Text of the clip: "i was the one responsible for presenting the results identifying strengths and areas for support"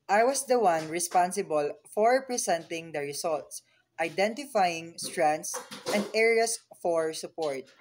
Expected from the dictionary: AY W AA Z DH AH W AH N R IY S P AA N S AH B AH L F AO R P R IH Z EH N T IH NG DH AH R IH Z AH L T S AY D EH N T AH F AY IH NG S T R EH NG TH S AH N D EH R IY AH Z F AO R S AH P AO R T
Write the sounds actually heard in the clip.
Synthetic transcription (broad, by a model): AY W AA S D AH W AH N R IY S P AA N S AH B AH L F AO R P R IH S EH N T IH NG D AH R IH S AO L T S AY D EH N T AH F AY IH NG S T R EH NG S AH N D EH R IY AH S F AO R S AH P AO R T